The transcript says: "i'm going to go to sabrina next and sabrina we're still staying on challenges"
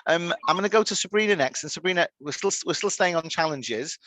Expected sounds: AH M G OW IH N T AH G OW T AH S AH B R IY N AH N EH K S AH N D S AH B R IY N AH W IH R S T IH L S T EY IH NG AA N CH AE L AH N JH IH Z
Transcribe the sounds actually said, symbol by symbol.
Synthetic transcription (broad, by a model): AH M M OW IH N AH G OW T AH S AH B R IY N AH N EH K S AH N S AH B R IY N AH W IH W S T IH L S T EY IH NG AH N CH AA L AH N JH IH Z